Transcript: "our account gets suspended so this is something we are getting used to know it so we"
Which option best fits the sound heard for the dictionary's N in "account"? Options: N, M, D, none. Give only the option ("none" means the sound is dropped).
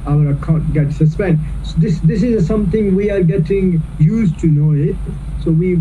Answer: none